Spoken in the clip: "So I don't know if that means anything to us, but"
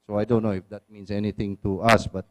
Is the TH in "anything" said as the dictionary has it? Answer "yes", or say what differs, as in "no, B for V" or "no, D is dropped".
no, T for TH